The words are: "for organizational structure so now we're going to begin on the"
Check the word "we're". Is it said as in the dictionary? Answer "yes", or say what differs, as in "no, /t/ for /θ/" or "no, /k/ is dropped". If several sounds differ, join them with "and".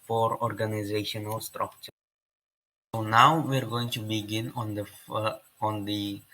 yes